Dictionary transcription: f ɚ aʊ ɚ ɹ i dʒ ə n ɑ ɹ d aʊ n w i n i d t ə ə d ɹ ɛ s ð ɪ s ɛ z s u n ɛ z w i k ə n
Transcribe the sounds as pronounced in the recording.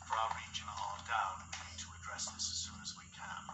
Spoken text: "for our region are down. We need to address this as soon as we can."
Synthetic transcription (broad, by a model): f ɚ aʊ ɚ ɹ i dʒ ə n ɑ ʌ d aʊ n w i n i d t ə ə d ɹ ɛ s ð ɪ s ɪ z s u n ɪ z w i k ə n